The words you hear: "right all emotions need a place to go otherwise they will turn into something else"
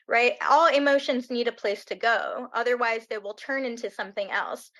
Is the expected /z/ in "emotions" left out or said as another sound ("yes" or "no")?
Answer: no